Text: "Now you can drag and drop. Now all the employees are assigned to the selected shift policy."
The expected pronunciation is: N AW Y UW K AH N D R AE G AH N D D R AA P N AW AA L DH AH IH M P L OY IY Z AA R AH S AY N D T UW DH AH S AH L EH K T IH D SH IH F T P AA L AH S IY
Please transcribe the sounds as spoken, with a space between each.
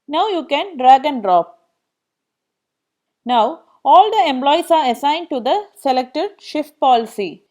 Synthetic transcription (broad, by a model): N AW Y UW K AH N D R AE G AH N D D R AA P N AW AA L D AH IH M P L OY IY S AA R AH S AY N D T UW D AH S AH L EH K T IH D SH IH F T P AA L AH S IY